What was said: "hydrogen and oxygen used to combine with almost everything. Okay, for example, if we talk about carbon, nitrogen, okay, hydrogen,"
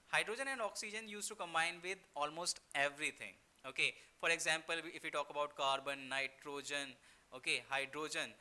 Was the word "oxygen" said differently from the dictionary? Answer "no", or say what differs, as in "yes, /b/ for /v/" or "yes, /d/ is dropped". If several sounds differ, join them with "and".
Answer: no